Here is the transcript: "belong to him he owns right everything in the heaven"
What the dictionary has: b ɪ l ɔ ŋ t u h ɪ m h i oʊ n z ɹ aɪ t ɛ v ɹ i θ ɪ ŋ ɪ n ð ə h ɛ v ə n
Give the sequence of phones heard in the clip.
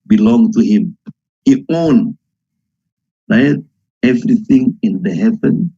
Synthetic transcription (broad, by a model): b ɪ l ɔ ŋ t u h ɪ m h i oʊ n ɹ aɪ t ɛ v ɹ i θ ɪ ŋ ɪ n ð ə h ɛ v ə n